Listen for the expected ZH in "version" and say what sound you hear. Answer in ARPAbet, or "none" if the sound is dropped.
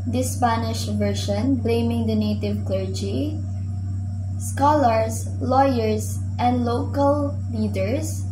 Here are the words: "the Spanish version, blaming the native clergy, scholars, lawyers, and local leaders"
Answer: SH